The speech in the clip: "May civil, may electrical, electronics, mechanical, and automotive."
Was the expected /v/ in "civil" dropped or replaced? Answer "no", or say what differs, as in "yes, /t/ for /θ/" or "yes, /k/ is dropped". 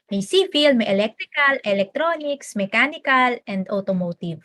yes, /f/ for /v/